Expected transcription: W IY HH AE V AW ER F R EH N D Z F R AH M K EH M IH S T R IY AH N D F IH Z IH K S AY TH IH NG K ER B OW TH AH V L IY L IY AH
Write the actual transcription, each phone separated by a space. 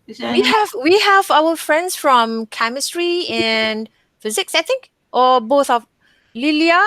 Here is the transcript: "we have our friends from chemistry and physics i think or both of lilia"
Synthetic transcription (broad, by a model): W IY HH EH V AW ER F R EH N D S F R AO M K EH M IH S T R IY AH N F IH Z IH K S AY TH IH NG K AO B OW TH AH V L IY L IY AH